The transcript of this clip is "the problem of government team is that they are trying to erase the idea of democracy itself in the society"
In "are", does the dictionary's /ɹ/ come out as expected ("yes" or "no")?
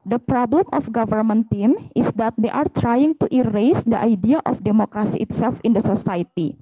yes